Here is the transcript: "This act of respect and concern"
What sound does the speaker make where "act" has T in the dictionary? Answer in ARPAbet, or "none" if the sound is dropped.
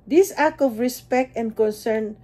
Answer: none